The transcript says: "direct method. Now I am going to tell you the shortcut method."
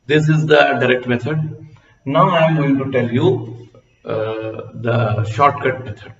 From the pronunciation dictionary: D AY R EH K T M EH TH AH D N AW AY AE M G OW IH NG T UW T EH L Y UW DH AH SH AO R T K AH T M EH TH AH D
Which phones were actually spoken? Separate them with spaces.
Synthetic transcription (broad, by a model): D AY R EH K T M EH T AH D N AW AY M G OW IH NG T UW T EH L Y UW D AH SH AO R T K AH T M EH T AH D